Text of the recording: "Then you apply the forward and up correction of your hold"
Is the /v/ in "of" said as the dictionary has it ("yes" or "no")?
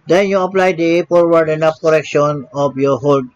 no